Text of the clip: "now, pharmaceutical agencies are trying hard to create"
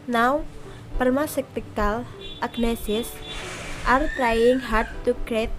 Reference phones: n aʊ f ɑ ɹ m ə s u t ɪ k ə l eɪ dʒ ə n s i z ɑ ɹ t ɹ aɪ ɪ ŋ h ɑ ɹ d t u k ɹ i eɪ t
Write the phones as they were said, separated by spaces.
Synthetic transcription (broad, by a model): n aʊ p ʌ ɹ m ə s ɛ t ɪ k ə l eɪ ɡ n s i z ɑ ɹ t ɹ aɪ ɪ ŋ h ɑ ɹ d t u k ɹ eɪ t